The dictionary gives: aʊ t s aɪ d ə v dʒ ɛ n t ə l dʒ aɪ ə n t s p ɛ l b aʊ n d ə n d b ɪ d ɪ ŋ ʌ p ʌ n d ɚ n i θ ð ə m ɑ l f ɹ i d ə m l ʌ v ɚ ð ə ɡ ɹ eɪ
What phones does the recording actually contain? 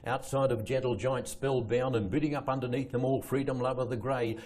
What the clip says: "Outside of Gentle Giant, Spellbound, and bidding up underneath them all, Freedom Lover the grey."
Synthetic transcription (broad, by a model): aʊ t s aɪ d ə v dʒ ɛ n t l dʒ aɪ ə n t s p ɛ l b aʊ n ə n b ɪ d ɪ ŋ ʌ p ʌ n d ɚ n i θ ð ə m ɑ l f ɹ i d ə m l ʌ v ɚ ð ə ɡ ɹ eɪ